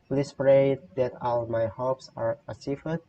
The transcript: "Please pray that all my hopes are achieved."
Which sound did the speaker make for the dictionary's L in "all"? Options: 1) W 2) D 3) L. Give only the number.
3